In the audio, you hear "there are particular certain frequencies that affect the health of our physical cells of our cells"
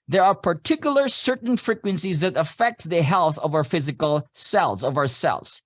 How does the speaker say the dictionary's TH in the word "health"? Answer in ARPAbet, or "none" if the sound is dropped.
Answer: TH